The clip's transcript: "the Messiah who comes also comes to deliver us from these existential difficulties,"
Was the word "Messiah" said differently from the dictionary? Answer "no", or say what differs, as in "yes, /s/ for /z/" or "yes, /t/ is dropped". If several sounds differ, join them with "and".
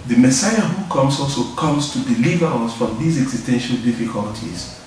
no